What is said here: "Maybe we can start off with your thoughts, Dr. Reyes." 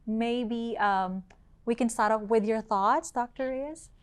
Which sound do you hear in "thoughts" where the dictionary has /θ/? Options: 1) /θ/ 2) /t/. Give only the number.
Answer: 1